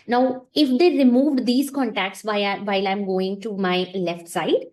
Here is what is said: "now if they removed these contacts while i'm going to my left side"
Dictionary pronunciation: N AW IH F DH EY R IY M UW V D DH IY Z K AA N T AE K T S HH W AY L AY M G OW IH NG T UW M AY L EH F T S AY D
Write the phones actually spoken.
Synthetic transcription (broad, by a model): N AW IH F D EY R IY M UW V D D IY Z K AA N T AE K T S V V AY L AY M G OW IH NG T UW M AY L EH F T S AY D